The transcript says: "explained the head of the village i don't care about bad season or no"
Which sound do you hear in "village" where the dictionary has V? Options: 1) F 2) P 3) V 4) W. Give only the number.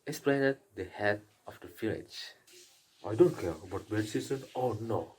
1